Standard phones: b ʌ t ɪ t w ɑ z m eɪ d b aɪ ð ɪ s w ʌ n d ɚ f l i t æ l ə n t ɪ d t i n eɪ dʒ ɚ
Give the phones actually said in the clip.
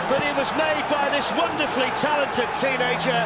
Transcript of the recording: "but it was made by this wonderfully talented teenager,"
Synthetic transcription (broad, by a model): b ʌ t ɪ t w ɑ z m eɪ d b aɪ ð ɪ s w ʌ n d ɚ f l i t æ l ə n t ɪ d t i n eɪ dʒ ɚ